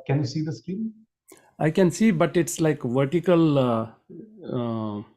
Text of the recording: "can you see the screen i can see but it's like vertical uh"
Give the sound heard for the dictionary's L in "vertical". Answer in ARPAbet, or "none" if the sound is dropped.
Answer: L